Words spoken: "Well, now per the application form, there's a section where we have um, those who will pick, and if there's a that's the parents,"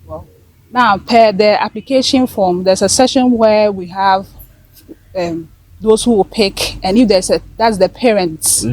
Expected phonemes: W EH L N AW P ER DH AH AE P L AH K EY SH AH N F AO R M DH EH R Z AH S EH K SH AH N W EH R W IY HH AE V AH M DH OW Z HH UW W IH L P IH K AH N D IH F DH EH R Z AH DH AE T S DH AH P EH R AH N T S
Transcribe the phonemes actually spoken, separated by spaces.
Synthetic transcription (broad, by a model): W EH N AW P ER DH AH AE P L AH K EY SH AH N F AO M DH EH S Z AH S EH SH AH N W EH W IY HH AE V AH M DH OW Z HH UW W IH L P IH K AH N IH F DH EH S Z AH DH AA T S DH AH P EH R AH N T S